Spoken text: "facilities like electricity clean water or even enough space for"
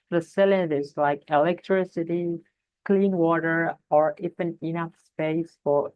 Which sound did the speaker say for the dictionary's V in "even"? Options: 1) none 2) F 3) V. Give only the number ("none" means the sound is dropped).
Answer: 2